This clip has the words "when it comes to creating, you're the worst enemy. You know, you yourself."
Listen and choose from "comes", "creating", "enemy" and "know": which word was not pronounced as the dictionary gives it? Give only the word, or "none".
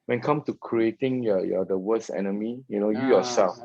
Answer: comes